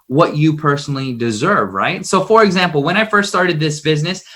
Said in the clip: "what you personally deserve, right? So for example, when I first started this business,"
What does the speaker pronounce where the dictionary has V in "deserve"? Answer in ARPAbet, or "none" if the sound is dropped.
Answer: V